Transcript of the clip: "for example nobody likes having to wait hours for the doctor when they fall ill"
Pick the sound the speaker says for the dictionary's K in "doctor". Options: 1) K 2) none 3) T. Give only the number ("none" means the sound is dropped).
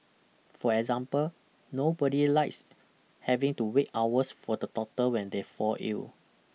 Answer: 2